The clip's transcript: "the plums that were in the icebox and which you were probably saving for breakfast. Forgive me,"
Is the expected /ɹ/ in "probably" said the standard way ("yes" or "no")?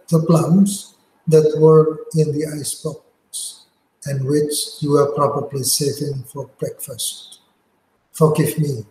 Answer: yes